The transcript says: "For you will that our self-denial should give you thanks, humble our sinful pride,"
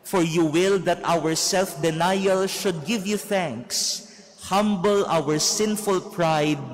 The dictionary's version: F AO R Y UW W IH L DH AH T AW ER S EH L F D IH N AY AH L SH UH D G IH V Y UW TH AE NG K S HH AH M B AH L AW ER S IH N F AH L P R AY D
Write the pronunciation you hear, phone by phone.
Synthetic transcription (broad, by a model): F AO R Y UW W IH L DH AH T AW ER S EH L F D IH N AY AH L SH UH D G IH V Y UW TH AE NG K S HH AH M B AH L AW ER S IH N F AH L P R AY D